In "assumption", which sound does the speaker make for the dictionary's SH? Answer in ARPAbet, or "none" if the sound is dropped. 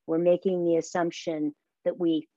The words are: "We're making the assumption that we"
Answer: SH